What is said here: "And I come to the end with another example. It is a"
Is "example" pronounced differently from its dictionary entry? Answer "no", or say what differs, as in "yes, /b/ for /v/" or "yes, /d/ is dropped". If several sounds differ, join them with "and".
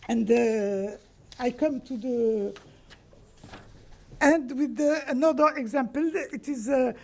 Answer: no